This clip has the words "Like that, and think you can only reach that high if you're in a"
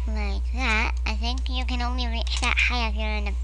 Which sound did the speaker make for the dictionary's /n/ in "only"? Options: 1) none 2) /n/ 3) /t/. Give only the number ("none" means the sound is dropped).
2